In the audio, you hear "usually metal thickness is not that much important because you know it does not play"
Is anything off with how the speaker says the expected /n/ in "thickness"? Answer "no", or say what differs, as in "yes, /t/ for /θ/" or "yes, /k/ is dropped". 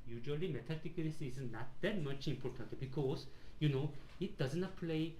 yes, /l/ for /n/